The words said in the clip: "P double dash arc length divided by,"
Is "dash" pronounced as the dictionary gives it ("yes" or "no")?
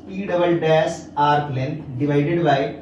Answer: no